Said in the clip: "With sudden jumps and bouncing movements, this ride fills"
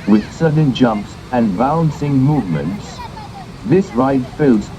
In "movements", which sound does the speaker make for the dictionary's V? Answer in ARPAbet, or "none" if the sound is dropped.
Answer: V